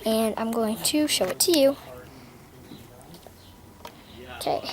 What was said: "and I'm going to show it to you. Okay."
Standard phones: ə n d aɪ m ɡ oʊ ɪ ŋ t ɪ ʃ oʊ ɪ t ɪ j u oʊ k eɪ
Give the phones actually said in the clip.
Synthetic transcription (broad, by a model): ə n aɪ m ɡ oʊ ɪ ŋ t ɪ ʃ oʊ ɪ t ɪ j u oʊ k eɪ